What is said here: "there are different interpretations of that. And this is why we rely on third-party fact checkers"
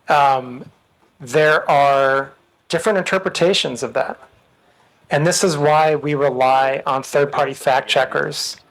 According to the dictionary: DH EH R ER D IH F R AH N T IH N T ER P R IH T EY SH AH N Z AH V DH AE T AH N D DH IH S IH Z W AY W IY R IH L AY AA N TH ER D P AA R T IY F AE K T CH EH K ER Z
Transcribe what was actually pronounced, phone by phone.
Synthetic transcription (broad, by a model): DH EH R ER D IH F R AH N T IH N T ER P R IH T EY SH AH N Z AH V DH AE T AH N DH IH S IH Z W AY W IY R IH L AY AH N TH ER D P AA R T IY F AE K CH EH K ER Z